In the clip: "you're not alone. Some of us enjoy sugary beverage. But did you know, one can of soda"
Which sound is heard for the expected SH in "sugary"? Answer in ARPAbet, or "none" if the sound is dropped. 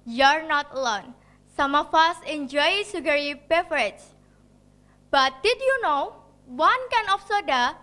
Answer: S